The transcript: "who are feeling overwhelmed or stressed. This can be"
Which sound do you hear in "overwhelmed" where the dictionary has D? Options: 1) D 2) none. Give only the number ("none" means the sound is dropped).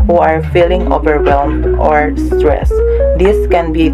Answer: 2